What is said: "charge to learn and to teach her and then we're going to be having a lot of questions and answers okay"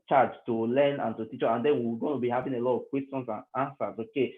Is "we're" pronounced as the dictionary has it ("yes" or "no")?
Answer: no